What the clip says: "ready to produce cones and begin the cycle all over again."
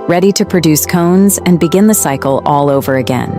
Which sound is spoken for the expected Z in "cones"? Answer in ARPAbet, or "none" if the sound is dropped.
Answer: Z